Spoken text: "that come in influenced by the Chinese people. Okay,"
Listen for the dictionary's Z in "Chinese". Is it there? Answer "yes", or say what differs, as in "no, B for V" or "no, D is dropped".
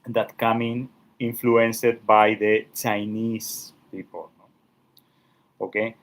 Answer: no, S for Z